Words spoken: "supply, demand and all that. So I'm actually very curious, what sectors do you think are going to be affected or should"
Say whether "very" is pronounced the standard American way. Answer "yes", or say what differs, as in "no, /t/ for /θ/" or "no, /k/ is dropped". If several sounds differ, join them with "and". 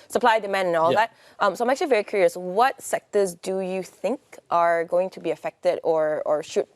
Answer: yes